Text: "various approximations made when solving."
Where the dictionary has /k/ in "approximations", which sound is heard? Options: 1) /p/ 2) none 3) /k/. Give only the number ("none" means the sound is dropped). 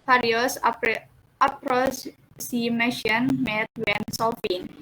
2